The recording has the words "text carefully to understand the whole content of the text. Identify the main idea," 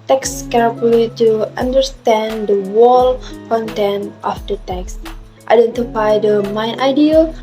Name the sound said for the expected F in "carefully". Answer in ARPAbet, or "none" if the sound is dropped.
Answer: none